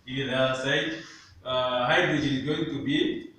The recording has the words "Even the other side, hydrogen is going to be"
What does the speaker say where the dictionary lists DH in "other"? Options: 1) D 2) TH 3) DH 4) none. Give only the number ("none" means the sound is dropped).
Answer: 4